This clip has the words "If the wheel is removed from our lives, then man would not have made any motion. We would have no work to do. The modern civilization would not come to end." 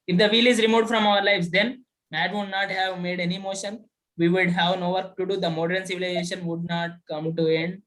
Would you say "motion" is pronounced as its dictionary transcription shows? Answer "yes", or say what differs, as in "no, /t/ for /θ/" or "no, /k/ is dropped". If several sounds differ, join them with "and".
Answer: yes